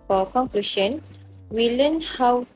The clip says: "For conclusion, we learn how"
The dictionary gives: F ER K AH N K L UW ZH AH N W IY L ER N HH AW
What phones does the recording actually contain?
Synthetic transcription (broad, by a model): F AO K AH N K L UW SH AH N W IY L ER N HH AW